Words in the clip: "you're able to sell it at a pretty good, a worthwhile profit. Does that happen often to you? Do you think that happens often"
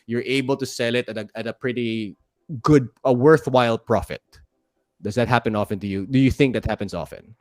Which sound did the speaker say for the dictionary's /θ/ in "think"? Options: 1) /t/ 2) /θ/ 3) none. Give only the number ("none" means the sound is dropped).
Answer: 2